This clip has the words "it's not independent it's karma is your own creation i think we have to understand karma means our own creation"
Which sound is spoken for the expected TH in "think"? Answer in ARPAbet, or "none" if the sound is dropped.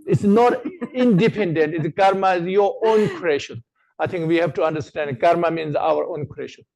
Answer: T